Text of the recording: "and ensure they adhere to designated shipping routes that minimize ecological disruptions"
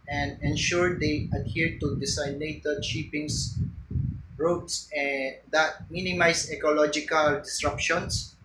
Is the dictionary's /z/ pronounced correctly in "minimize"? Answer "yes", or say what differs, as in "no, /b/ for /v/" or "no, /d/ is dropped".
no, /s/ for /z/